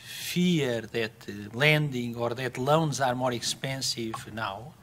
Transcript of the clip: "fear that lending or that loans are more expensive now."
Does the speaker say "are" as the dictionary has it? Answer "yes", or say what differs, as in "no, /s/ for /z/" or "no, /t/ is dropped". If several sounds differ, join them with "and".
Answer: yes